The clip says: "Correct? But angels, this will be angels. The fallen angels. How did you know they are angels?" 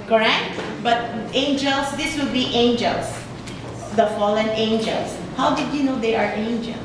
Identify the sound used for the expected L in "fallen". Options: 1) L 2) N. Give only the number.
1